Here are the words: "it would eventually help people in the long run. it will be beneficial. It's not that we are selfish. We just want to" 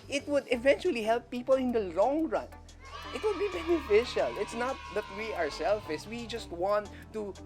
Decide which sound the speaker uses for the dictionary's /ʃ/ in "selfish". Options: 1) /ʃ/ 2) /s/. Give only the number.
2